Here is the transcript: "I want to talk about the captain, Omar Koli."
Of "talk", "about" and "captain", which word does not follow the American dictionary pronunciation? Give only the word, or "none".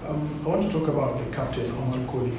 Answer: captain